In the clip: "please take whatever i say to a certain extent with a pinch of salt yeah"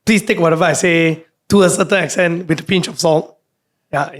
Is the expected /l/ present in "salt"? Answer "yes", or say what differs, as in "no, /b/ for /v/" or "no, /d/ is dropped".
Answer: yes